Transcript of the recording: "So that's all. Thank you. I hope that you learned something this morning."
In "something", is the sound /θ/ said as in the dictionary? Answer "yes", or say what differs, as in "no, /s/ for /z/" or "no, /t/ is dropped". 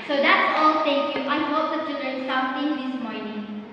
no, /t/ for /θ/